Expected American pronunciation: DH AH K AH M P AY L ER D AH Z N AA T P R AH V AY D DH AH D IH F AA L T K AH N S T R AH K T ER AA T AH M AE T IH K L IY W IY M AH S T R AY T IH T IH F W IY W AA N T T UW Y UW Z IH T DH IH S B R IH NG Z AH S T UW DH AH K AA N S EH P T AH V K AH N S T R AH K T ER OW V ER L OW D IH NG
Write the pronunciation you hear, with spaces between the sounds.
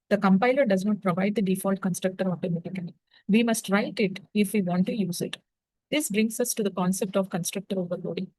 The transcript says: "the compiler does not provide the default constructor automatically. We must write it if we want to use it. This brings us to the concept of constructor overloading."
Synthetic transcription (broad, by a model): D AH K AH M P AY L ER D AH Z N AA T P R AH V AY D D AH D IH F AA L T K AH N S T R AH K T ER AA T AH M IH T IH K IY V IY M AH S T R AY T IH T IH F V IY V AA N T T UW Y UW Z IH T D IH S B R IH NG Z AH S T UW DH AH K AA N S EH P T AH V K AH N S T R AH K T ER OW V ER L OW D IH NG